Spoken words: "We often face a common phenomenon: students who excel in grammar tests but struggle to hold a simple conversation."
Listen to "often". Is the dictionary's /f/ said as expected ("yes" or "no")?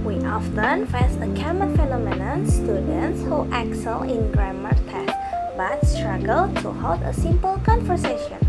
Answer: yes